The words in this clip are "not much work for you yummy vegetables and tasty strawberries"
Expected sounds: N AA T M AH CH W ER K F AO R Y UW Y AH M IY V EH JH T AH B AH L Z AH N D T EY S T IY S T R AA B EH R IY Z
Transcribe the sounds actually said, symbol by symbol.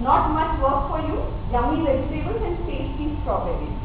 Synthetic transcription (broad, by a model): N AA T M AH CH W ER K F AO R Y UW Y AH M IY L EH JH S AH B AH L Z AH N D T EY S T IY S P R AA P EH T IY